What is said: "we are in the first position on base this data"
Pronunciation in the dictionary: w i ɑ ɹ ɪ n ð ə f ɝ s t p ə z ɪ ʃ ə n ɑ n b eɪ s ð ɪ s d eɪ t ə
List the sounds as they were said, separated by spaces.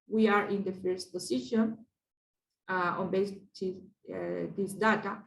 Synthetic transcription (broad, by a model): w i ɑ ɹ ɪ n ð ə f ɝ s t p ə s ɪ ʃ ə n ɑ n b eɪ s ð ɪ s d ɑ t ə